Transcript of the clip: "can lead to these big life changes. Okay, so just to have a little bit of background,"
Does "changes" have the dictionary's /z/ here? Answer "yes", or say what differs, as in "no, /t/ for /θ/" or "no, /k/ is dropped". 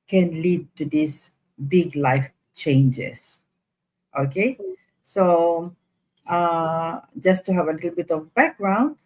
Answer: no, /s/ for /z/